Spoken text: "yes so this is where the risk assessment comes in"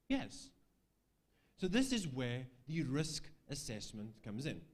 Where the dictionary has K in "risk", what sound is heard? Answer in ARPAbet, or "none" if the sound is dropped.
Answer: K